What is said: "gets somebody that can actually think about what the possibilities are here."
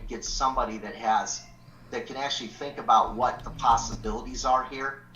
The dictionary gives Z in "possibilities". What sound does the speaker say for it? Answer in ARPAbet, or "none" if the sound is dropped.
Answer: Z